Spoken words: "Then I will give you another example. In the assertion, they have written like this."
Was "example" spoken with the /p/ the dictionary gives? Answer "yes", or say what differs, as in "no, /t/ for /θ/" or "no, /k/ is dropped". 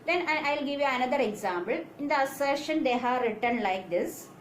no, /b/ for /p/